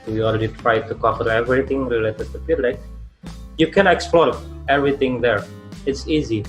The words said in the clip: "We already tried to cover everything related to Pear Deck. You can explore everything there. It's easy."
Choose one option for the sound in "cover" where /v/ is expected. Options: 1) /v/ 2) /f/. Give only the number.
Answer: 2